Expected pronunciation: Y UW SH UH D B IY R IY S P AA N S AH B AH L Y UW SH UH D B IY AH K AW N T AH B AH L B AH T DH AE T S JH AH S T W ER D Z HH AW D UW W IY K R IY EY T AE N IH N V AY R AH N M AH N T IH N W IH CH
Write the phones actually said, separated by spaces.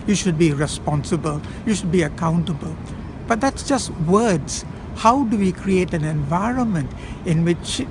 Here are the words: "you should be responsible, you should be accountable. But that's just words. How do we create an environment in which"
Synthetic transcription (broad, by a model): Y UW SH UH D B IY R IY S P AA N S AH B AH L Y UW SH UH D B IY AH K AW N T AH B AH L B AH T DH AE T S JH AH S T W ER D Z HH AW D UW W IY K R IY EY T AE N IH N V AY R AH N M AH N T IH N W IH CH